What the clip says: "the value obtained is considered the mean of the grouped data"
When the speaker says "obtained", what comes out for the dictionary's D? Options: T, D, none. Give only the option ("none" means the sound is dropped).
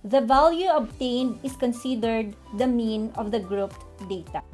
D